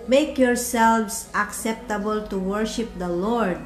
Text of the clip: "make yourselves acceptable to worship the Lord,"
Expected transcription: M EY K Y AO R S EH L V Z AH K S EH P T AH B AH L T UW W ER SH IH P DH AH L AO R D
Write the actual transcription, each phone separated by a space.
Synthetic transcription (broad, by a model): M EY K Y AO R S EH L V S AH K S EH P T AH B AH L T UW W ER SH IH P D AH L AO R D